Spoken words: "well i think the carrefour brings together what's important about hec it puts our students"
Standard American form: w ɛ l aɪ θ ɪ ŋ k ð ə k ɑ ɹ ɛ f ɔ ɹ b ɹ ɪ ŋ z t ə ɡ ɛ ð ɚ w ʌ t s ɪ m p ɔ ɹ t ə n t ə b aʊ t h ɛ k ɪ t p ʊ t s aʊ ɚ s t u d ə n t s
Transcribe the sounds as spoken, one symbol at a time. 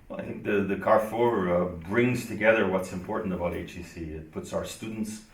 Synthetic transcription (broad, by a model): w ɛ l aɪ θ ɪ ŋ k ð ə k ɑ ɹ f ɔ ɹ b ɹ ɪ ŋ z t ə ɡ ɛ ð ɚ w ʌ t s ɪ m p ɔ ɹ t n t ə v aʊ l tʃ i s ɪ t p ʊ t s aʊ ɚ s t u d n t s